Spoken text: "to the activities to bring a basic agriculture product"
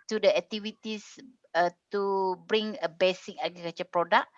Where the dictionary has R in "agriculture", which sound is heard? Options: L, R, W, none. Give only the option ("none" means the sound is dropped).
none